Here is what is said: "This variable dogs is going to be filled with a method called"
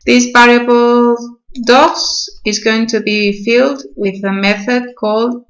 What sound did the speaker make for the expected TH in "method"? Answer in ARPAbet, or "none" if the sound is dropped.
TH